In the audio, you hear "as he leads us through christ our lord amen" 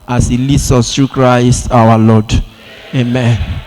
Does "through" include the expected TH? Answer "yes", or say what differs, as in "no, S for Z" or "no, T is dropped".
no, T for TH